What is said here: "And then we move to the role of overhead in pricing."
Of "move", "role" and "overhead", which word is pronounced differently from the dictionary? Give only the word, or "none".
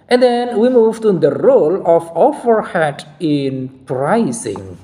overhead